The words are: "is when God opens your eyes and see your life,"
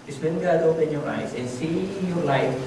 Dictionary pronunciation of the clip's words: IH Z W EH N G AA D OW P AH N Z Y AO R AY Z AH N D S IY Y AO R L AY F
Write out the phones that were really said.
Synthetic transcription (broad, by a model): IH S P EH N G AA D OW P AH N Y AO R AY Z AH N S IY Y AO R L AY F